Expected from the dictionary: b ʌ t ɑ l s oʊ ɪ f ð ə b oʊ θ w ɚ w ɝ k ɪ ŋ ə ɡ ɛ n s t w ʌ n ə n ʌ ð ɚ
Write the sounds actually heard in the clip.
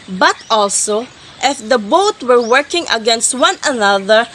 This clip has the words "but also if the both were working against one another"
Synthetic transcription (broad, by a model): b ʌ t ɑ l s oʊ ɪ f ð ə b oʊ t w ɚ w ɝ k ɪ ŋ ə ɡ ɛ n s t w ʌ n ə n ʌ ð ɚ